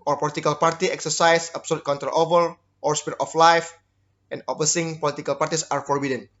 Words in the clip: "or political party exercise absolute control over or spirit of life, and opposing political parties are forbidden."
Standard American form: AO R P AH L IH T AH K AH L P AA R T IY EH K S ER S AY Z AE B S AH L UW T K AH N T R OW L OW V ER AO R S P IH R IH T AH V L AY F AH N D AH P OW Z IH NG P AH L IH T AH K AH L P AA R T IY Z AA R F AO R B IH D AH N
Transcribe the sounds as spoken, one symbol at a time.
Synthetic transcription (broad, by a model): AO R P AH L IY T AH K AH L P AA R T IY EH K S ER S AY S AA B S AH L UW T K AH N T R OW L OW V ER AO R S P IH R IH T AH F L AY F AH N D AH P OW S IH NG P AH L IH T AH K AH L P AA R T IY S AA R F AO R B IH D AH N